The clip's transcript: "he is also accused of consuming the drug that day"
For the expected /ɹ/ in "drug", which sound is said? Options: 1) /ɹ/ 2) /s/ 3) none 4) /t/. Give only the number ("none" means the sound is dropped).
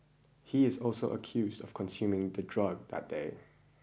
1